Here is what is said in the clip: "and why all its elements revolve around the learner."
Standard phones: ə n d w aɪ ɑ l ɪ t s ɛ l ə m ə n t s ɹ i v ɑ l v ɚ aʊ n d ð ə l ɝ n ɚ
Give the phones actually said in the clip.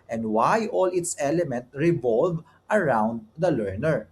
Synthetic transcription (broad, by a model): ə n d w aɪ ɑ l ɪ t s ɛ l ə m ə n t ɹ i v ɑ l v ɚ aʊ n d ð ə l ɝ n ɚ